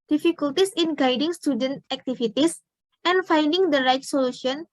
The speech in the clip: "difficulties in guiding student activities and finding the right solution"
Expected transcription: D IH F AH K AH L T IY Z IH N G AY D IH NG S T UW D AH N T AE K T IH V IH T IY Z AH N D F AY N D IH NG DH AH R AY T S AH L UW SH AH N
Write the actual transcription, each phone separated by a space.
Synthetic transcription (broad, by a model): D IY F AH K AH L T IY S IH N G AY D IH NG S T UW D AH N T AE K T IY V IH T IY S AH N F AY N D IH NG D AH R AY T S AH L UW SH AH N